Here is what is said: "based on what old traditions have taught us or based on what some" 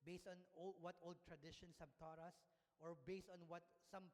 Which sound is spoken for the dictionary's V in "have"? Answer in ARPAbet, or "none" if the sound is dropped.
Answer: B